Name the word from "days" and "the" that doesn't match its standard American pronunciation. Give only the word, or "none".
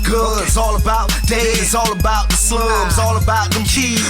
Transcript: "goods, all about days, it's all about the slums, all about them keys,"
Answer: days